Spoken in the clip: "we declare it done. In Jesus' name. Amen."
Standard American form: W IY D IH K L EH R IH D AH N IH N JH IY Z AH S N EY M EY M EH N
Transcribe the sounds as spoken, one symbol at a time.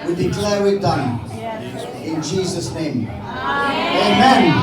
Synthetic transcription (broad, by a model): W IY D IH K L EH W IH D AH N IH N JH IY Z AH S N EY M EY M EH N